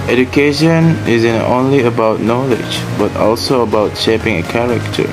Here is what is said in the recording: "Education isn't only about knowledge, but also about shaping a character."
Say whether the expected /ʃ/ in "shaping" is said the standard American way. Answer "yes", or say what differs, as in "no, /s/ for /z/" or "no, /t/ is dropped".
yes